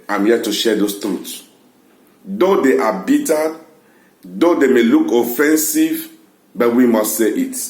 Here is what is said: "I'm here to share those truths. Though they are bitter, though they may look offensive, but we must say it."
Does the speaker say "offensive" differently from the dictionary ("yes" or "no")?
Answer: no